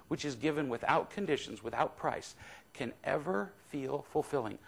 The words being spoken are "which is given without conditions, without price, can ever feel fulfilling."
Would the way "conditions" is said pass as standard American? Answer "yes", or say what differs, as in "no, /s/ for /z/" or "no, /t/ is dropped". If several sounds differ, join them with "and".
yes